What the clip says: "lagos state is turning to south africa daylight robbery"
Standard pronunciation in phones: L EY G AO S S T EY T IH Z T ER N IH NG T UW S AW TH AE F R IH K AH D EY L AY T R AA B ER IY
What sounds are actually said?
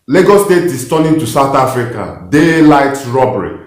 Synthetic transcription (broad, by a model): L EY G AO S S T EY T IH S T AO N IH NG T UW S AW T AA F R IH K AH D EY L AY T R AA B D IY